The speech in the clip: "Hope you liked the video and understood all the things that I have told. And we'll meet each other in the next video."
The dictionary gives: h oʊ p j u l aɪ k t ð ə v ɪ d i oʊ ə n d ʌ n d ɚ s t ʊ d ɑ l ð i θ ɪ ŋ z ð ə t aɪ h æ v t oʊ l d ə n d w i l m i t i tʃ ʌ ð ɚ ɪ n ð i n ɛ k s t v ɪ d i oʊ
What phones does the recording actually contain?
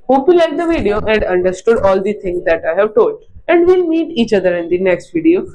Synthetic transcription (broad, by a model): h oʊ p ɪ l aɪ t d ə v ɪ d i oʊ ə n d ʌ n d ɚ s t ʊ d ɑ l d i t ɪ ŋ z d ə t aɪ h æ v t oʊ l d ə n d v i l m i t i tʃ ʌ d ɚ ɪ n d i n ɛ k s t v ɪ d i oʊ